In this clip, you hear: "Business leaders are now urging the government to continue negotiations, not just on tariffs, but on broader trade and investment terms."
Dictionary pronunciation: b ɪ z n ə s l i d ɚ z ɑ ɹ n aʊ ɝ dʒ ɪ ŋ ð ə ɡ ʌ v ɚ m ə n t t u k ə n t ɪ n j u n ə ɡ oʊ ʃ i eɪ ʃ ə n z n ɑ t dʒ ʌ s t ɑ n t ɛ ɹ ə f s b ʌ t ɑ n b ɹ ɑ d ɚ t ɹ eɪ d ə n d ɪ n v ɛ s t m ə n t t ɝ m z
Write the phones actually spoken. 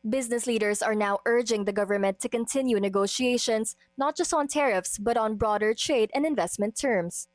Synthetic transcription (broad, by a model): b ɪ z n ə s l i d ɚ s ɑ ɹ n aʊ ɝ dʒ ɪ ŋ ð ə ɡ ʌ v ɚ m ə n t t u k ə n t ɪ n j u n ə ɡ oʊ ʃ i eɪ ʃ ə n s n ɑ t dʒ ʌ s t ɑ n t ɛ ɹ ə f s b ʌ t ɑ n b ɹ ɑ d ɚ t ɹ eɪ d ə n d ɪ n v ɛ s t m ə n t t ɝ m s